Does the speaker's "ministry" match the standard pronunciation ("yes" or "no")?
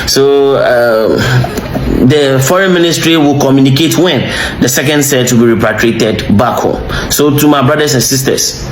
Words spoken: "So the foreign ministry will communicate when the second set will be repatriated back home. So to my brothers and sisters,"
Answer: yes